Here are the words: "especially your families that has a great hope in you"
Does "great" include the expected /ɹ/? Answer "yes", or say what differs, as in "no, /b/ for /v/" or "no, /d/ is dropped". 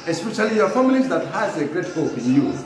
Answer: yes